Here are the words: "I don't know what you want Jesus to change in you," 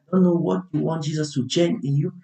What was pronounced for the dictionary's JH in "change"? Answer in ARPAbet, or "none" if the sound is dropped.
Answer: none